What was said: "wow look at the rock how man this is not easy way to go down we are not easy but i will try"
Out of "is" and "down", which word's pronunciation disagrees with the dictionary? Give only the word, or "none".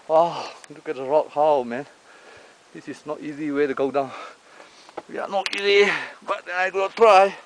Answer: is